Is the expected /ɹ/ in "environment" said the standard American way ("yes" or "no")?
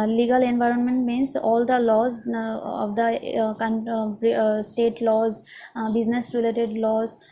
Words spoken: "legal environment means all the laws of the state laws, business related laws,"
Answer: yes